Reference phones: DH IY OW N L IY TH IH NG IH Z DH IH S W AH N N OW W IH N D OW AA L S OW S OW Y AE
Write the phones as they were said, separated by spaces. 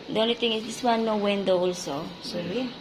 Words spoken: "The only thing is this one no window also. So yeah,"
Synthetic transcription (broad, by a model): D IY OW N L IY T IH NG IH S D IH S W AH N N OW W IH N D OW AA L S OW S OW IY